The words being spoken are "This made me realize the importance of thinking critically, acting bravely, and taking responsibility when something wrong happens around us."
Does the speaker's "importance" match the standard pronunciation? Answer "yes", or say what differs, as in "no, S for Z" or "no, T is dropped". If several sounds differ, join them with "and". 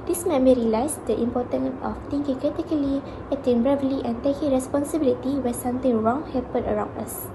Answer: no, S is dropped